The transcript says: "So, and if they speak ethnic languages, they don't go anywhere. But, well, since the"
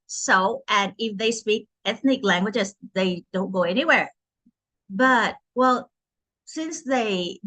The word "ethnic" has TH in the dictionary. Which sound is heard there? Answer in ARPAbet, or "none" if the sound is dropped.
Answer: TH